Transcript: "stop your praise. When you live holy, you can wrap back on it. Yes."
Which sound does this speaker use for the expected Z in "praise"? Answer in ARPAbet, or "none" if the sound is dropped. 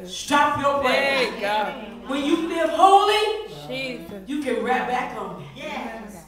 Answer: none